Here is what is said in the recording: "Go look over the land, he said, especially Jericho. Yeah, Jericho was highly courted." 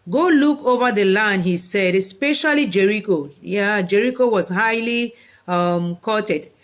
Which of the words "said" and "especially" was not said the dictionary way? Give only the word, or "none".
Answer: none